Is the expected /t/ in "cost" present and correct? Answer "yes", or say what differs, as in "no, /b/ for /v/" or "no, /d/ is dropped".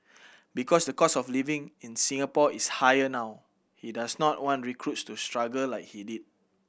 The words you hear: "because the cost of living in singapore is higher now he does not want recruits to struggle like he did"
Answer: no, /t/ is dropped